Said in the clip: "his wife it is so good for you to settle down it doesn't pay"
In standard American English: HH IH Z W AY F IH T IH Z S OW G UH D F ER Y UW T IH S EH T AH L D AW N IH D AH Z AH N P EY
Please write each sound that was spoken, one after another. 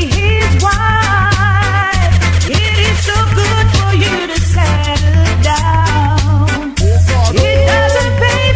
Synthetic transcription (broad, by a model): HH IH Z W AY IH T IH Z S OW G UH D F ER Y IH T IH S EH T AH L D AW N IH D AH Z AH N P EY